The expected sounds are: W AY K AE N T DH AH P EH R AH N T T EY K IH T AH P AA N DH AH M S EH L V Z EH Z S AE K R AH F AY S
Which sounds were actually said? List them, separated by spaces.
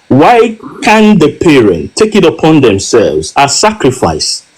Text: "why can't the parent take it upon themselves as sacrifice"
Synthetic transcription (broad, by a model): W AY K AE N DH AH P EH R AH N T T EY K IH T AH P AA N DH AH M S EH L V Z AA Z S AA K R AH F AY S